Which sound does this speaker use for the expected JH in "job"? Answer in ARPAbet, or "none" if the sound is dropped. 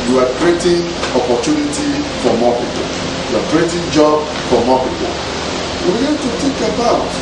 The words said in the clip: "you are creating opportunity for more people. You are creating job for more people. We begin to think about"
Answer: JH